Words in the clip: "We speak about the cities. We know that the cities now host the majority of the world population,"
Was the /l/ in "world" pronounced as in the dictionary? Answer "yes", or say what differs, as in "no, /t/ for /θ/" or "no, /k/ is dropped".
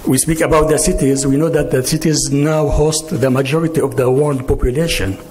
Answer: no, /n/ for /l/